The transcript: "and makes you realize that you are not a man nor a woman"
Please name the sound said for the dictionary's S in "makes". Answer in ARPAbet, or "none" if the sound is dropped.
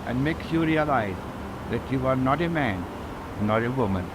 S